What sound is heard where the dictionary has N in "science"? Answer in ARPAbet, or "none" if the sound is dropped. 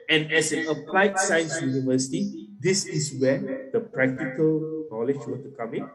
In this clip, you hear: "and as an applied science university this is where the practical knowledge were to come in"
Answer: N